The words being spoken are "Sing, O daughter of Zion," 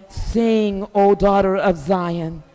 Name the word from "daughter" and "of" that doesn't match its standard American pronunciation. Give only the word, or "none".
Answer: none